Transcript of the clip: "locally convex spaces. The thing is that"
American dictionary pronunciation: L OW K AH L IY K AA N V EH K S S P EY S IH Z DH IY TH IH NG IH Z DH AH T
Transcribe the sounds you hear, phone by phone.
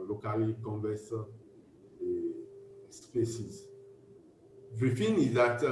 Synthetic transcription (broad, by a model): L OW K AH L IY K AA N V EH S S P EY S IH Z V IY F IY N IH Z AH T